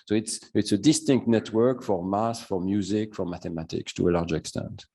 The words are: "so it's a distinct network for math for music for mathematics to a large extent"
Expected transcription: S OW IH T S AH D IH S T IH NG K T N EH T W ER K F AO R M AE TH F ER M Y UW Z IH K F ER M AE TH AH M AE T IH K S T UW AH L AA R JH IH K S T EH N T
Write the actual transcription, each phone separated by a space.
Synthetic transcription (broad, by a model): S OW IH T S AH D IH S T IH NG K T N EH T W ER K F AO R M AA S F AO M Y UW Z IH K F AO M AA T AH M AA T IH K S T UW AH L AA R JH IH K S T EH N T